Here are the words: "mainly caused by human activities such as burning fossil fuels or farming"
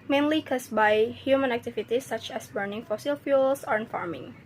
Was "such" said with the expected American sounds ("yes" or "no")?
yes